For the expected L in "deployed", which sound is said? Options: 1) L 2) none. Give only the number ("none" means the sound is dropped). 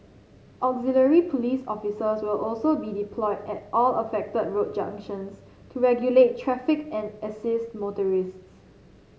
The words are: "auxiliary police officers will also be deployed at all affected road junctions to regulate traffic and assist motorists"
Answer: 1